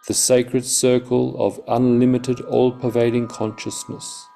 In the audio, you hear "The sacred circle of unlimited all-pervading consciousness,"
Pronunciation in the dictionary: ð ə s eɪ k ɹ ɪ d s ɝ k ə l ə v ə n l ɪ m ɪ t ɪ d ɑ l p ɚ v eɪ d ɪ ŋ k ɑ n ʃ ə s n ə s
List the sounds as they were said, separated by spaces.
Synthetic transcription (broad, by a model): ð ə s eɪ k ɹ ɪ d s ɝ k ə l ə v ə n l ɪ m ɪ t ɪ d ɑ l p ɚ v eɪ d ɪ ŋ k ɑ n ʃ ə s n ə s